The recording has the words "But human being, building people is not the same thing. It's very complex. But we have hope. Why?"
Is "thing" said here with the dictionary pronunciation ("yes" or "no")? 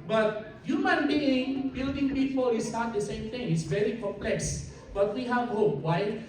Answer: no